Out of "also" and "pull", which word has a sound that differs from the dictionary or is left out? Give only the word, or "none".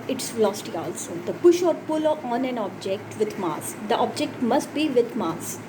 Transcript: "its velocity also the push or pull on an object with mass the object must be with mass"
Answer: none